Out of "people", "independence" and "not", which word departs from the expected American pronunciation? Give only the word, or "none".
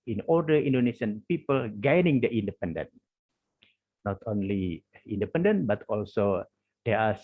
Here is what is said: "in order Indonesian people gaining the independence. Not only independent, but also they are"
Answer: independence